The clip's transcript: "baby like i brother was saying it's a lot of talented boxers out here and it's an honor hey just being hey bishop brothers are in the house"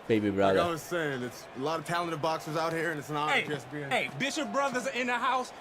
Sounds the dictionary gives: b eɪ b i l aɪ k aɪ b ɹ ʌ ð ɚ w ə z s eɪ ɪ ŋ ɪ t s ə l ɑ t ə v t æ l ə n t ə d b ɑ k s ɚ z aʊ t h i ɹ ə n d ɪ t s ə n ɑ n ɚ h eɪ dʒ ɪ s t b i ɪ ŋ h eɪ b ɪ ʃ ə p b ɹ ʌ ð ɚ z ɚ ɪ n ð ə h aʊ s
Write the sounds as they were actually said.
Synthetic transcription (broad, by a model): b eɪ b i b ɹ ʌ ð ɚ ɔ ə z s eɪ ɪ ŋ ɪ t s ə l ɑ t ə v t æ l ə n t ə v b ɑ k s ɚ z aʊ t h i ɹ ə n ɪ t s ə n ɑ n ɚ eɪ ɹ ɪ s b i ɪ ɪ b ɪ ʃ ə p b ɹ ʌ ð ɚ z ɪ n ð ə h aʊ s